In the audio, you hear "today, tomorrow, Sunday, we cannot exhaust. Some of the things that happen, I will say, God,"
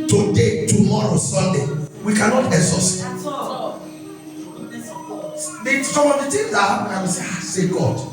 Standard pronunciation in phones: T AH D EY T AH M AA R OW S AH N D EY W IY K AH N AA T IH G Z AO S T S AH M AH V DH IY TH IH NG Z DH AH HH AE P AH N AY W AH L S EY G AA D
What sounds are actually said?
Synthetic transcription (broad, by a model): T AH D EY T AH M AA R OW S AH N D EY W IY K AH N AA T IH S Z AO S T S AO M AH V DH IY T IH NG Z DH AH HH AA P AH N AY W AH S S EY G AA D